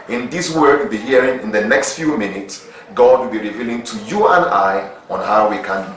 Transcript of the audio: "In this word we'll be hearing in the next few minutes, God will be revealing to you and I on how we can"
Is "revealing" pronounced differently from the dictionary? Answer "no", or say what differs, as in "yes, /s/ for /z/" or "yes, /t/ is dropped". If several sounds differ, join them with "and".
no